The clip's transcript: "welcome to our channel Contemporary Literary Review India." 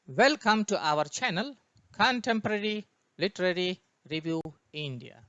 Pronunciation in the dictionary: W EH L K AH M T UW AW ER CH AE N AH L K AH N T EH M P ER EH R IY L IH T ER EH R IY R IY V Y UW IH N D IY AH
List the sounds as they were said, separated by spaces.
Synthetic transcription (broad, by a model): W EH L K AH M T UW AW ER CH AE N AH L K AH N T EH M P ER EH R IY L IH T ER EH R IY R IY V Y UW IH N D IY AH